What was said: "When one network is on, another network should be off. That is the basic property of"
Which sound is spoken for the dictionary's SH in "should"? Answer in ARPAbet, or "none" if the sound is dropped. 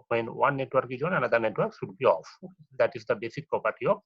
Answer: S